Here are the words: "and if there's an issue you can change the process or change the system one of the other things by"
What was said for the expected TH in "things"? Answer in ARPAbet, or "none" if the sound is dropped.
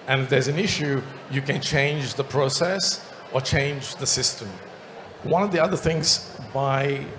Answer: TH